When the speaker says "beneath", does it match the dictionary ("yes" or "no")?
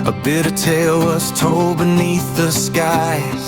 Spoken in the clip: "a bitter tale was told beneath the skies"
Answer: yes